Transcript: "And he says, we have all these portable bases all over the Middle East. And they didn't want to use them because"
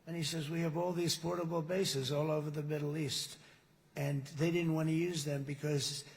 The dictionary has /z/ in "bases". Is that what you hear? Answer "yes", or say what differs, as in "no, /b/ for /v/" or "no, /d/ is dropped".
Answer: yes